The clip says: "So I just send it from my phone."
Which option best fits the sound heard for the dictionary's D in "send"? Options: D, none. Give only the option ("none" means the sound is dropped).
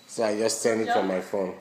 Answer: none